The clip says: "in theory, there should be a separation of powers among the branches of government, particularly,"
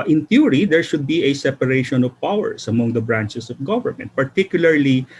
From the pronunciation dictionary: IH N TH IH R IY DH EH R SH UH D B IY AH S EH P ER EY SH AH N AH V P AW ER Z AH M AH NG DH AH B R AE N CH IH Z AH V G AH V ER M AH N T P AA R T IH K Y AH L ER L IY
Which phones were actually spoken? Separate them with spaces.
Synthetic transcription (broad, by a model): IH N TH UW R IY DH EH R SH UH D B IY AH S EH P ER EY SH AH N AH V P AW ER S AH M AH NG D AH B R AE N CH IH S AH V G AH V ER M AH N T P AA R T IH K Y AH L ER L IY